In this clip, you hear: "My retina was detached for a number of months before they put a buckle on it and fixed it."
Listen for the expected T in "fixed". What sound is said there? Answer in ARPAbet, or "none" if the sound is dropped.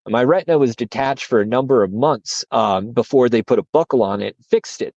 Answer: T